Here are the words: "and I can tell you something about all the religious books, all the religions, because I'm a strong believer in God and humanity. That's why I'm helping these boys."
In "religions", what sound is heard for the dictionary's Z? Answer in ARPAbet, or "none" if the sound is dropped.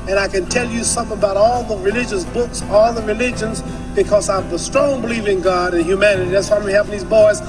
Z